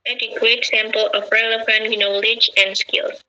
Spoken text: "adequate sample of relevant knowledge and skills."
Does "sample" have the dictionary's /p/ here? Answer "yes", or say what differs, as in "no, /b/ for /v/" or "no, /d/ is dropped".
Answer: yes